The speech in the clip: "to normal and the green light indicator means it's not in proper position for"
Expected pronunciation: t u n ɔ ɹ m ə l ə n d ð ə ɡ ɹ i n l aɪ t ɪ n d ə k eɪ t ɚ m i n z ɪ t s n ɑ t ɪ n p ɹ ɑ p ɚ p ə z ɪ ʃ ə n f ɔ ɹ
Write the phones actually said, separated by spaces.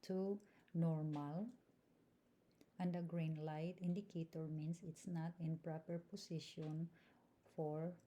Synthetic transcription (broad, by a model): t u n ɔ ɹ m ə l ə n d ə ɡ ɹ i n l aɪ t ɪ n d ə k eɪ t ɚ m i n s ɪ t s n ɑ t ɪ n p ɹ ɑ p ɚ p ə s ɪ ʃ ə n f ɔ ɹ